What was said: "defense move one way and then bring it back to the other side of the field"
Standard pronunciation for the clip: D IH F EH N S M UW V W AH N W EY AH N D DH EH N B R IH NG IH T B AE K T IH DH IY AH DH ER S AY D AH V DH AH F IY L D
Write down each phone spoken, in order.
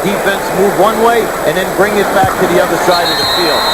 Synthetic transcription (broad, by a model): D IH F EH N S M UW V W AH N W EY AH N DH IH N B R IH NG IH T B AE K T IH DH IY AH DH ER S AY D AH V DH AH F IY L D